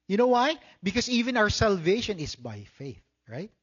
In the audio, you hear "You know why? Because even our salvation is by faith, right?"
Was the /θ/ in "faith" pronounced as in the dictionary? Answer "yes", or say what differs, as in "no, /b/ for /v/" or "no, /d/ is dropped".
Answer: yes